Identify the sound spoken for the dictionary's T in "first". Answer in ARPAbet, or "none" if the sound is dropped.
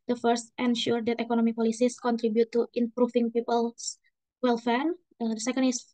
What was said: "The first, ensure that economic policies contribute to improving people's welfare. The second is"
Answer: T